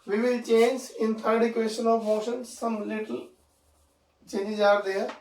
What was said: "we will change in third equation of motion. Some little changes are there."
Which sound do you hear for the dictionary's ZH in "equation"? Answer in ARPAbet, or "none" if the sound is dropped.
S